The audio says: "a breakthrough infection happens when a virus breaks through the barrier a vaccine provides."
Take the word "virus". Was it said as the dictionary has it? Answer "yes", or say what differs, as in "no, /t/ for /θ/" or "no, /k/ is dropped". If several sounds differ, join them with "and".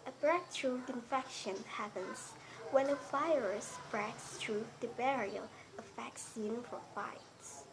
no, /f/ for /v/